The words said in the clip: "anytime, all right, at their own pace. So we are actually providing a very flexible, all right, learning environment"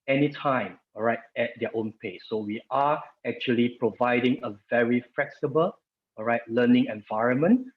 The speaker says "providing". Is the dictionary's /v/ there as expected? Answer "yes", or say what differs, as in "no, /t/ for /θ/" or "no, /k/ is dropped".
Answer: yes